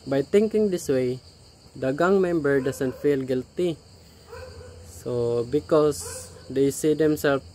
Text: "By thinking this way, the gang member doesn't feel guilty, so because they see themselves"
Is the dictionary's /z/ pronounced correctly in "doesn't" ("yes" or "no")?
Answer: no